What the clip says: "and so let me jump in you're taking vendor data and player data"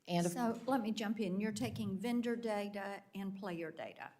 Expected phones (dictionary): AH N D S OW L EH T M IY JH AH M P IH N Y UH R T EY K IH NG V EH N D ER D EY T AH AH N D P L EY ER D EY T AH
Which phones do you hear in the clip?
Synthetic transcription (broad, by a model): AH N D S OW L EH T M IY JH AH M P IH N Y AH R T EY K IH NG V EH N D ER D EY T AH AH N P L EY ER D EY T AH